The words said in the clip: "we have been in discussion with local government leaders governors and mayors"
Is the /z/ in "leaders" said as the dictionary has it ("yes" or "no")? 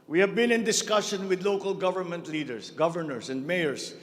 no